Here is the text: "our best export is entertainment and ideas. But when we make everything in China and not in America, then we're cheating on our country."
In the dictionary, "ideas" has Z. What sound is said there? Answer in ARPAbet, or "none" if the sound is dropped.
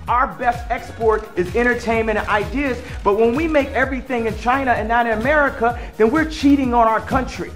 Z